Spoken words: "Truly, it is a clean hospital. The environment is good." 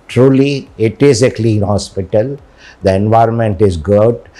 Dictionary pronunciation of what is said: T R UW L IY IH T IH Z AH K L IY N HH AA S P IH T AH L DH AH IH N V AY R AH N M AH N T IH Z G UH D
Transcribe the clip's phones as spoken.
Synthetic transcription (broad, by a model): T R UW L IY IH T IH Z AH K L IY N HH AA S P IH T AH L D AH IH N V AY R AH N M AH N T IH Z G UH D